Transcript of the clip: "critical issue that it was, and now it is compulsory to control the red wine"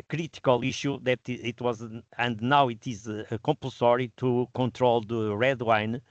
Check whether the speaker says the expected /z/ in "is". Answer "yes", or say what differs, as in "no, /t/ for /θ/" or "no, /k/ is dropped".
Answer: yes